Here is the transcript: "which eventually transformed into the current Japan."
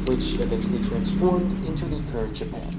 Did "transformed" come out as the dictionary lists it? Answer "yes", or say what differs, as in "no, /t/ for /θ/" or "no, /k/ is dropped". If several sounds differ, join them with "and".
yes